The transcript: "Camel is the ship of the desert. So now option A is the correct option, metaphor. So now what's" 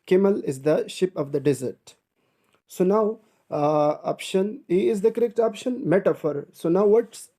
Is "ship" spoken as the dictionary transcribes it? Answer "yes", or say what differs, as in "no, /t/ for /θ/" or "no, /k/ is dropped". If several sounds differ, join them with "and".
yes